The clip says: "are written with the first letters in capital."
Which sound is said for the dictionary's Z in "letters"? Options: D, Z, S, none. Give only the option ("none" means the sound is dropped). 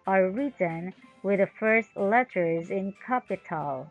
Z